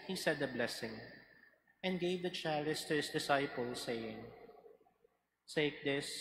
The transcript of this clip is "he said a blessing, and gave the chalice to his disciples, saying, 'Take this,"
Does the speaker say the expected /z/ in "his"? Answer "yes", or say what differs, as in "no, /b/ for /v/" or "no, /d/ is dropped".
no, /s/ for /z/